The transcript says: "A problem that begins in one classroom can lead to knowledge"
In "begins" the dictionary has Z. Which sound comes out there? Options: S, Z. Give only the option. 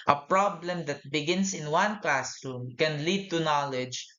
S